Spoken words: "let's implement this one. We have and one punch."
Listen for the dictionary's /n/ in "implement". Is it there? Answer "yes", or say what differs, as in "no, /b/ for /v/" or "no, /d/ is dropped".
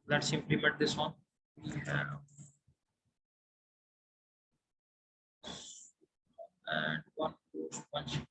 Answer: no, /n/ is dropped